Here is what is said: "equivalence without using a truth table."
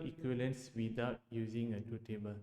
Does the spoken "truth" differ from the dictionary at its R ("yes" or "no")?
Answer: yes